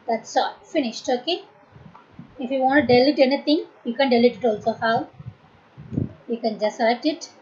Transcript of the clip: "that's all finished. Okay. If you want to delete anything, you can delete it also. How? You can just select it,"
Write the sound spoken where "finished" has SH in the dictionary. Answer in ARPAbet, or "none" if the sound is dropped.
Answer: SH